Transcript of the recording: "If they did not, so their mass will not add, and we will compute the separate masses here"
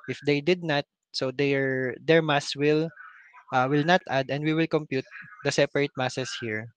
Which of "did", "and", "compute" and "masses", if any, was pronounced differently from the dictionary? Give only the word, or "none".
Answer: masses